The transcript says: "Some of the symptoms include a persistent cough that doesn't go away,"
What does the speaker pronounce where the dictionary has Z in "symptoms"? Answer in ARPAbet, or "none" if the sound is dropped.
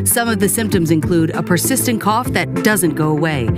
Z